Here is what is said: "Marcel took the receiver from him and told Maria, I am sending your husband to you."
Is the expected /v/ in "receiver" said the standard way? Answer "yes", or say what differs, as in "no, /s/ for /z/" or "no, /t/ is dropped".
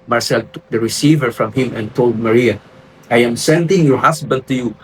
yes